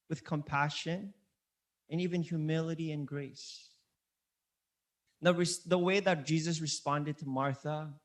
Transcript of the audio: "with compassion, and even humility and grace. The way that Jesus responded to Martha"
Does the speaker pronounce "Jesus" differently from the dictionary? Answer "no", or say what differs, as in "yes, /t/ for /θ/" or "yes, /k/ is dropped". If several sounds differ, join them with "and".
no